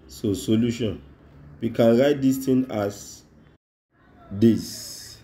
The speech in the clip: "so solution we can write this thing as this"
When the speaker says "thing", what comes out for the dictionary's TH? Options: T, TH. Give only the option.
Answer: T